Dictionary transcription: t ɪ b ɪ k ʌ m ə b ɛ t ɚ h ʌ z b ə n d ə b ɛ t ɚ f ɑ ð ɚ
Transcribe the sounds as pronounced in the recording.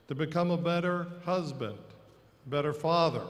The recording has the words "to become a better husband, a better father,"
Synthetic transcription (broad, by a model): t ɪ b ɪ k ʌ m ə b ɛ t ɚ h ʌ z b ə n d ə b ɛ t ɚ f ɑ ð ɚ